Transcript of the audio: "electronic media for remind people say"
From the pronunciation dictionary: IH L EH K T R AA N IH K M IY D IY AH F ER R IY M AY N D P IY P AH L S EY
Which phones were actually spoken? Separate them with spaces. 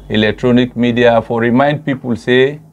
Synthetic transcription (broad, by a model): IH L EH K T R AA N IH K M IY D IY AH F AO R IY M AY N D P IY P AH L S EY